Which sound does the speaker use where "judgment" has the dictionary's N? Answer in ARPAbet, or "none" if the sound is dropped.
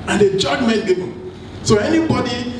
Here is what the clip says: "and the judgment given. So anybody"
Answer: none